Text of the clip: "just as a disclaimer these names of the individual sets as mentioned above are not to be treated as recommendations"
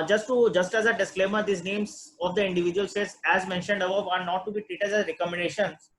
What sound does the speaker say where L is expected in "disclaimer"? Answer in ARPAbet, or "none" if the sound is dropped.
L